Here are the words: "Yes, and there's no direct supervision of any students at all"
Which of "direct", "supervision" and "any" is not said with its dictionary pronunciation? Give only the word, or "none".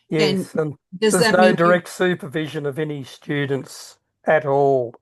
none